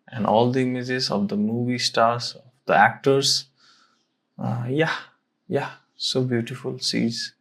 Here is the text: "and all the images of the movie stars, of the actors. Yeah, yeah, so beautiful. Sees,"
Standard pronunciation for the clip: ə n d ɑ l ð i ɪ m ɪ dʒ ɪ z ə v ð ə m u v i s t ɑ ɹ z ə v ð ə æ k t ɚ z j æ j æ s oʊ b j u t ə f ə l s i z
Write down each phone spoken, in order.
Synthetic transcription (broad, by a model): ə n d ɑ l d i m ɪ z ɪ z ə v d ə m u v i s t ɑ ɹ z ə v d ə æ k t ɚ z j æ j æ s oʊ b j u t ə f ə l s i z